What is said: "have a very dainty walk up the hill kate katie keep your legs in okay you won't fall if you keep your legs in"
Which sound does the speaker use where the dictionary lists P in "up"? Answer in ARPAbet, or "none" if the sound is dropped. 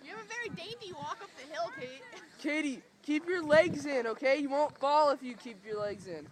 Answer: P